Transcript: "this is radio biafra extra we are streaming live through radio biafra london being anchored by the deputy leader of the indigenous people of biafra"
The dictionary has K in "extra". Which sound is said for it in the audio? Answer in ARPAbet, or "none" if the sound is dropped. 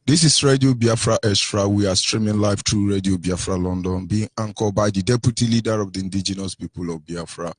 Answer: none